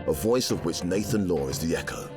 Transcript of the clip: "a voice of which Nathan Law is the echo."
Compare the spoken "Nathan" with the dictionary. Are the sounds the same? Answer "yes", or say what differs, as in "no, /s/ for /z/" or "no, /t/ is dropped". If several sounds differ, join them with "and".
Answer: yes